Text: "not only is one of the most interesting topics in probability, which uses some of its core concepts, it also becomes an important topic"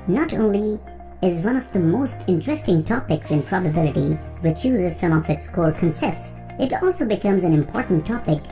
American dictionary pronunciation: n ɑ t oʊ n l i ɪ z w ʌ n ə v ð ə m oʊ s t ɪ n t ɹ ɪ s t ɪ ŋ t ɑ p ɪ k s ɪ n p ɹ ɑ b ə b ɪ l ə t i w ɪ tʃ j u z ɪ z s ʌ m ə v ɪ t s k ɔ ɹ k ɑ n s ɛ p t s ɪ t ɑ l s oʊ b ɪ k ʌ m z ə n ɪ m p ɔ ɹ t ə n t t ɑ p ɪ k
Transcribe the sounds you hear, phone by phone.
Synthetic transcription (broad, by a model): n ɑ t oʊ n l i ɪ z w ʌ n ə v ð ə m oʊ s t ɪ n t ɹ ɪ s t ɪ ŋ t ɑ p ɪ k s ɪ n p ɹ ɑ b ə b ɪ l ə t i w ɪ tʃ j u z ɪ z s ʌ m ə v ɪ t s k ɔ ɹ k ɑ n s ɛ p t s ɪ t ɑ l s oʊ b ɪ k ʌ m z ə n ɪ m p ɔ ɹ t n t t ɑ p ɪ k